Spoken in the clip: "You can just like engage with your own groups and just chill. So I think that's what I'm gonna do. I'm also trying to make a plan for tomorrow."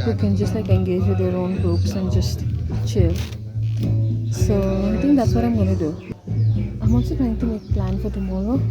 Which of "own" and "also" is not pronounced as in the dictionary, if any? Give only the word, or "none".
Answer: also